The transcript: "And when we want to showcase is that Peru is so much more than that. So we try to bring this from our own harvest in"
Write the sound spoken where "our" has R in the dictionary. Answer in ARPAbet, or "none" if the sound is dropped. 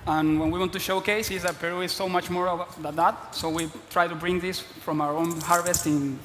R